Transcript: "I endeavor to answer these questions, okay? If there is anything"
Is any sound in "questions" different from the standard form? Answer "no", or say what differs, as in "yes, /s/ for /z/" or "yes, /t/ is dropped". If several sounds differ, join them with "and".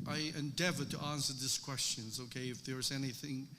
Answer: no